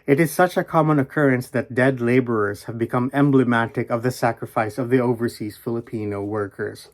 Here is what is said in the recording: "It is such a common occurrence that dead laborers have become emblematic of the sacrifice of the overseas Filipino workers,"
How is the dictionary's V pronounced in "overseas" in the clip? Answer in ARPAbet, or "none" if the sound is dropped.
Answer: V